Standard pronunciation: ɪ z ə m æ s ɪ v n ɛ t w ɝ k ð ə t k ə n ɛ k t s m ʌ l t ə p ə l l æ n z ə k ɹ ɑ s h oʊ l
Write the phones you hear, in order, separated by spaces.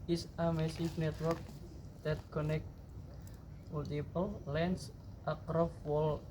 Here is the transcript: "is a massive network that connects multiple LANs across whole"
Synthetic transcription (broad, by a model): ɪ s ə m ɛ s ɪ f n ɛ t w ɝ k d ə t k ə n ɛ k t m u l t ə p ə l l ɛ n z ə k ɹ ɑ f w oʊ l